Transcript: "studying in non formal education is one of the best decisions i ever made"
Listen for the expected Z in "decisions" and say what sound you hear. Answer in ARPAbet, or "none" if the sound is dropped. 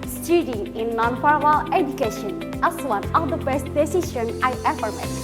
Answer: none